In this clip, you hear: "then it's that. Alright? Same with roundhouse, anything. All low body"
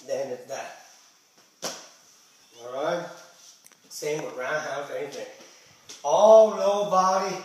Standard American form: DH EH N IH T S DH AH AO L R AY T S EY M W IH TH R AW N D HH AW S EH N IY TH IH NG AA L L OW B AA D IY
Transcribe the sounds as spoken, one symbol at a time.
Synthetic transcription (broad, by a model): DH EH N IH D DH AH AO R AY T S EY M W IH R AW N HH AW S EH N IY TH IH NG AA L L OW B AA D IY